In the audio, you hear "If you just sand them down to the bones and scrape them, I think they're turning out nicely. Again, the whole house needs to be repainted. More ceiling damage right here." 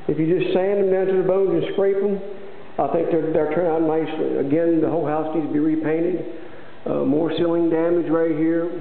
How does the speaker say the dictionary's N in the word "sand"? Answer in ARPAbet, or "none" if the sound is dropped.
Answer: N